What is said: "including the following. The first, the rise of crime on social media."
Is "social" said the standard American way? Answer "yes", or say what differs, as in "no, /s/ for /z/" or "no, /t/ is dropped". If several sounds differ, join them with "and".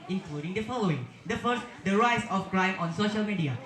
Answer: yes